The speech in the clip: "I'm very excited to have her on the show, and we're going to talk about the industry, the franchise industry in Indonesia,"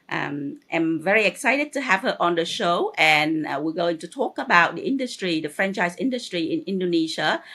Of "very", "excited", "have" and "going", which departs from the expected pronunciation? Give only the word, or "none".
none